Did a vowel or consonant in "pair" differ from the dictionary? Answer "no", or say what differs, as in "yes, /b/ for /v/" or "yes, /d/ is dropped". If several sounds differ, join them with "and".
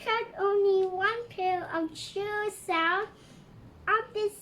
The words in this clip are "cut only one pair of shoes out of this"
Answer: yes, /l/ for /ɹ/